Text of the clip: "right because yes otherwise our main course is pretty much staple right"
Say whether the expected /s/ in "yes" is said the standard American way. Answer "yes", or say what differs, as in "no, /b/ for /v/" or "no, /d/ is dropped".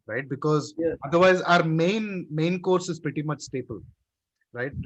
no, /s/ is dropped